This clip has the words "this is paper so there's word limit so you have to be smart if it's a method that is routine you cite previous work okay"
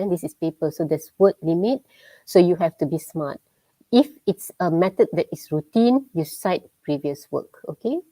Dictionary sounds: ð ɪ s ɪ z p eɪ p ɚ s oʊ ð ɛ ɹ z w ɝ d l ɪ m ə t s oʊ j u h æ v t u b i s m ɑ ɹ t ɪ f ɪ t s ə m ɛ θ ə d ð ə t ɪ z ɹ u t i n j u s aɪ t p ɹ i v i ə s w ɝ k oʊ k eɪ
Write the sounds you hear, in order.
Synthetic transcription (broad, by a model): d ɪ s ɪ s p eɪ p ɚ s oʊ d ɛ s w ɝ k l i m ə t s oʊ j u h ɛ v t u b i s m ɑ t ɪ f ɪ t s ə m ɛ t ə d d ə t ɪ s ɹ u t i n j u s aɪ t p ɹ i v i ə s w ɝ k oʊ k eɪ